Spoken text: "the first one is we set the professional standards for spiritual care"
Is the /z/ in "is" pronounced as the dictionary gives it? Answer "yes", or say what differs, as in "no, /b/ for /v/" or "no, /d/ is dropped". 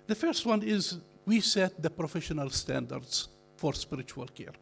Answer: yes